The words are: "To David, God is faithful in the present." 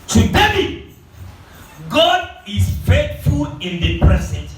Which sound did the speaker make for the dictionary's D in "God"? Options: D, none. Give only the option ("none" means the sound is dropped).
D